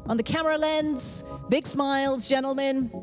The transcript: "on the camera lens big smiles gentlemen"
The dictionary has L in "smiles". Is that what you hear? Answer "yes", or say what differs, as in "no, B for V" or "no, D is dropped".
yes